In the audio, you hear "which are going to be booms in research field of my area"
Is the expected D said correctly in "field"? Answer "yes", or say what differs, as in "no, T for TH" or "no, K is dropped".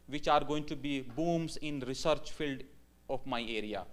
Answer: yes